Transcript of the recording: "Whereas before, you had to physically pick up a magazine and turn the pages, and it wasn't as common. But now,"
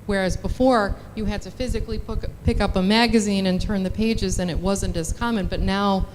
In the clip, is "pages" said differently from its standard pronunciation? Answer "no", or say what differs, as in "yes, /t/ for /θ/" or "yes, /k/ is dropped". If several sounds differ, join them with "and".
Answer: no